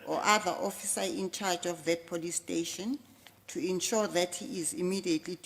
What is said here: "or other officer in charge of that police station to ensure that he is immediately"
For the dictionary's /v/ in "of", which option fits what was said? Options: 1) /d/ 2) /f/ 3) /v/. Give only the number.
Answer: 2